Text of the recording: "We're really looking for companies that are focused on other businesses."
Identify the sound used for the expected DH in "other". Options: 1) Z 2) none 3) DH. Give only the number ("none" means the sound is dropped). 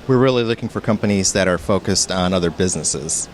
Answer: 3